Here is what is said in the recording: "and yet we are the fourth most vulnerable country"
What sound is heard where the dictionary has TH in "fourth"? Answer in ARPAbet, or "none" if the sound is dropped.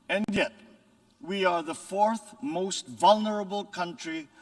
TH